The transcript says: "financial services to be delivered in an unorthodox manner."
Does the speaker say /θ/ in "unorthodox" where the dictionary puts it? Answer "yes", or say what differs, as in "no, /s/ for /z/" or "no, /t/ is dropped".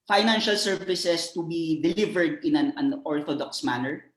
no, /t/ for /θ/